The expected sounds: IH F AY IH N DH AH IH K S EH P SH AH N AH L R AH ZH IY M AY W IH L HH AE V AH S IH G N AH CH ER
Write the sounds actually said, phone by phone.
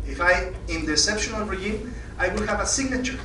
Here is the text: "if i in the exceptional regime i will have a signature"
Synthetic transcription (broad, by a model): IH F AY IH N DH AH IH S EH P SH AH N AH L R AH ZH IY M AY W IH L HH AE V AH S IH G N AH CH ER